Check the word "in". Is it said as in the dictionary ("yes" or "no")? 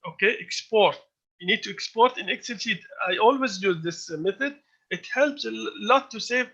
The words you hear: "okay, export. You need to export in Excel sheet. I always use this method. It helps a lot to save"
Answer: yes